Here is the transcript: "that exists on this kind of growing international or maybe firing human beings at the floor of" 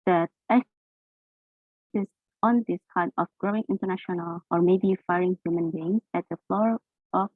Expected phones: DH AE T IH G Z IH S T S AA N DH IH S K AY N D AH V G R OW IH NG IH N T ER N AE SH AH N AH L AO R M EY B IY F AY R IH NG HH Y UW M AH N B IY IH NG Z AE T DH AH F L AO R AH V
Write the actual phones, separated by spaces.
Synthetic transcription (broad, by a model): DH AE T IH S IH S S AA N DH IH S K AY D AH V G R OW IH NG IH N T ER N AE SH AH N AH L AO R M EY B IY F AY R IH NG HH Y UW M AH N B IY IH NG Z AE T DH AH F L AO R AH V